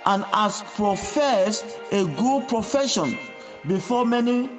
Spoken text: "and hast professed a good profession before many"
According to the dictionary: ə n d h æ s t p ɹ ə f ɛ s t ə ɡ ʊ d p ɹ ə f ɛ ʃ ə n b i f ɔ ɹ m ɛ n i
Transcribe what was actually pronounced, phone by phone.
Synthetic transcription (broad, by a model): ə n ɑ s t p ɹ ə f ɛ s ə ɡ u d p ɹ ə f ɛ ʃ ə n b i f ɔ m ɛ n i